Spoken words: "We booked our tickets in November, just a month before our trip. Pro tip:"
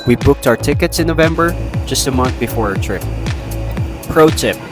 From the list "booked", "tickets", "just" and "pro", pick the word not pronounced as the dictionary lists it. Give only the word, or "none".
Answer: none